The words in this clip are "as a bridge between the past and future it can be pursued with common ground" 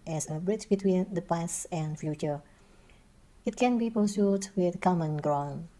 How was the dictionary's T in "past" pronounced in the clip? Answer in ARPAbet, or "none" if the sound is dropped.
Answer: none